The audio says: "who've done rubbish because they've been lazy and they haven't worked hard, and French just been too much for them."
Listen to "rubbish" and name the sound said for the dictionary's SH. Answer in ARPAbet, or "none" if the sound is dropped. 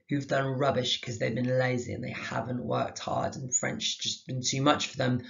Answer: SH